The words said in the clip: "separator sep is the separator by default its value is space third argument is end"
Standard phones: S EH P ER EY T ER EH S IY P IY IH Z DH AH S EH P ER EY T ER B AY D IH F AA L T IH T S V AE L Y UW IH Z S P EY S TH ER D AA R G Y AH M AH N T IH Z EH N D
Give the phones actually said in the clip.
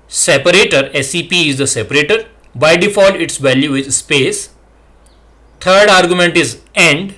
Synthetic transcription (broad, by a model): S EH P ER EY T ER EH S IY P IY IH Z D AH S EH P ER EY T ER B AY D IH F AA L IH T S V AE L Y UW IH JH S P EY S T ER D AA R G Y AH M AH N T IH Z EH N D